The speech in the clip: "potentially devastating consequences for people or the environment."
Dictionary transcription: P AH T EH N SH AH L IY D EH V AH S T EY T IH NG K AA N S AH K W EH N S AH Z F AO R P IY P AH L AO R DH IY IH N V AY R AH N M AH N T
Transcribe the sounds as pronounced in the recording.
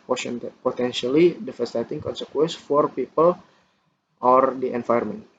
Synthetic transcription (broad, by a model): P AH T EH N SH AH L IY D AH F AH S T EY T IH NG K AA N S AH K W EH N S F AO R P IY P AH L AO R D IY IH N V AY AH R M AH N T